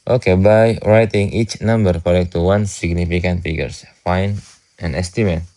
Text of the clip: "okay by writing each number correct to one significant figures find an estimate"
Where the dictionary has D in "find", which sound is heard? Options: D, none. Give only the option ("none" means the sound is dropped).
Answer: none